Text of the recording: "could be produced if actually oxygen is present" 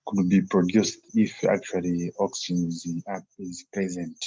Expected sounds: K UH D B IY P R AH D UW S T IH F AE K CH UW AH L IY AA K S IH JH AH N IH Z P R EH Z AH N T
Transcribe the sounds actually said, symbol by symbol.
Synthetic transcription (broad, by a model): K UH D B IY P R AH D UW S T IH F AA K CH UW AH L IY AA K S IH Z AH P IH Z P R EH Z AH N T